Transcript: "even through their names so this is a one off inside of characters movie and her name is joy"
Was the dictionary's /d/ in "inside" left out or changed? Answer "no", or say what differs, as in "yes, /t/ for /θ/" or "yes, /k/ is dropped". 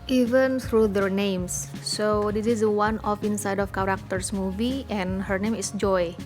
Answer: no